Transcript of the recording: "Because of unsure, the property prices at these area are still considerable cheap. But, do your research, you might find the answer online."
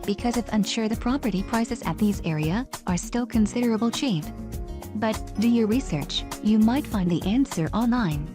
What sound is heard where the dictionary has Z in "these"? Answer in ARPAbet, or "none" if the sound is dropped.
Z